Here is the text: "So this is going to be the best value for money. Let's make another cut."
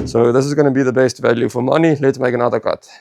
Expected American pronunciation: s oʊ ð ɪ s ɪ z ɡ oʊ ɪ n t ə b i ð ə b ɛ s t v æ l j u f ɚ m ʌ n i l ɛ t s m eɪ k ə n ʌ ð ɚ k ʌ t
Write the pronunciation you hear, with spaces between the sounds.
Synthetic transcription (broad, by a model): s oʊ ð ɪ s ɪ z ɡ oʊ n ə b i ð ə b ɛ s t v æ l j u f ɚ m ʌ n i l ɛ t s m eɪ k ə n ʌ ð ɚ k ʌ t